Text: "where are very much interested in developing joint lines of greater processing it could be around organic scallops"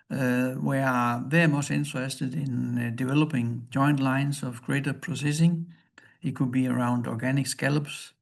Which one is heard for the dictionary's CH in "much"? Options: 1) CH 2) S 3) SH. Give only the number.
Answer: 2